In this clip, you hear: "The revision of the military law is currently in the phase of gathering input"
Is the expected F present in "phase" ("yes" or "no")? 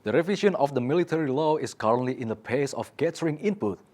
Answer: no